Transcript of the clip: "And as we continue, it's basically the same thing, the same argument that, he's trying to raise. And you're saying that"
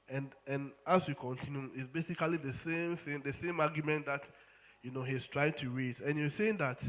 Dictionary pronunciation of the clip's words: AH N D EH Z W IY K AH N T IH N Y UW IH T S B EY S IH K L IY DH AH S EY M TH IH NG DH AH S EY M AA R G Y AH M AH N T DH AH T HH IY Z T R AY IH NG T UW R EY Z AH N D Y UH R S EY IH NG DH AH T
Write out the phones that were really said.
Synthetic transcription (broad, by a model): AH N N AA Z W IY K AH N T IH N Y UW IH T S B EY S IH K L IY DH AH S EY M TH IH NG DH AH S EY M AA G Y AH M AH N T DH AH T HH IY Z T R AY IH NG T UW R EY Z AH N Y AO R S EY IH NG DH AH T